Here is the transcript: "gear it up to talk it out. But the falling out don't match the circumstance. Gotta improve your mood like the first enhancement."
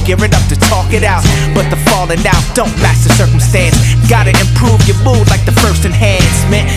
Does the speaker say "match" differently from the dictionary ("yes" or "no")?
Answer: yes